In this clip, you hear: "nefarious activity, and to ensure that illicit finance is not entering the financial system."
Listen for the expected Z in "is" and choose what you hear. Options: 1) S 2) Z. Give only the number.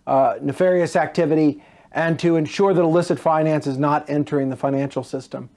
2